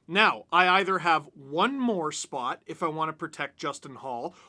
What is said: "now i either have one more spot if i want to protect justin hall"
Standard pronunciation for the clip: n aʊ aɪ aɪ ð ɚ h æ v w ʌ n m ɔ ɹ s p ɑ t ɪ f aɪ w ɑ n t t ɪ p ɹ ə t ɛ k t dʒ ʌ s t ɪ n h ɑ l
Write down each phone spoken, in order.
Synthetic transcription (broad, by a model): n aʊ aɪ aɪ ð ɚ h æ v w ʌ n m ɔ ɹ s p ɑ t ɪ f aɪ w ɑ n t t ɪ p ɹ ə t ɛ k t dʒ ʌ s t ɪ n h ɑ l